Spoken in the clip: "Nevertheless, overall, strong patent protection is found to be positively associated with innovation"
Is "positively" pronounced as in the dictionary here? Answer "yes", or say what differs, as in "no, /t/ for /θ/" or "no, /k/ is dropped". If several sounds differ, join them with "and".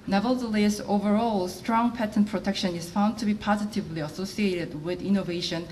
yes